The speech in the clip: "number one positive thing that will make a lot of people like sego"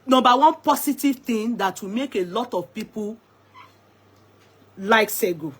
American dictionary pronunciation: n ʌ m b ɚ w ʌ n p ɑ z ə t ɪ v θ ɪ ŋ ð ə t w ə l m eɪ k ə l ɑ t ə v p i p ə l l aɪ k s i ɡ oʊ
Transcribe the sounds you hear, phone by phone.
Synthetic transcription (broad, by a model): n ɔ m b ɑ w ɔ n p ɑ s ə t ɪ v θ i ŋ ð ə t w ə m eɪ k ə l ɑ t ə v p i p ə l l aɪ k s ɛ ɡ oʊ